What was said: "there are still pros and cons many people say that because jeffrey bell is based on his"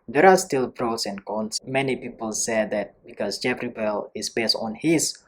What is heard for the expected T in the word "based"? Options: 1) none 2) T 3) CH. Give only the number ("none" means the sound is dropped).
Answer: 2